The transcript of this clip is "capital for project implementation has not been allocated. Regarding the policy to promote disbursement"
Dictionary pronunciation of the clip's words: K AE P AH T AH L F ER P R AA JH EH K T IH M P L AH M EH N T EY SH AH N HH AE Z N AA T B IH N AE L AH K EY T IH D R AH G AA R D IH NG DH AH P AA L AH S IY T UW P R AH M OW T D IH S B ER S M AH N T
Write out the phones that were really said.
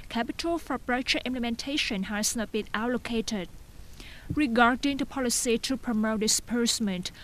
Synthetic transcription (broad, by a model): K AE P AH T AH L F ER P R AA CH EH T IH M P L AH M EH N T EY SH AH N HH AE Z N AA T B IH N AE L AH K EY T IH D R AH G AA R D IH NG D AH P AA L AH S IY T UW P R AH M OW T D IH S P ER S M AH N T